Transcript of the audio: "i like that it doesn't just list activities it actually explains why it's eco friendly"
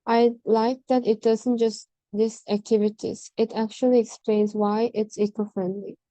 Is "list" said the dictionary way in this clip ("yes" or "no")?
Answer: no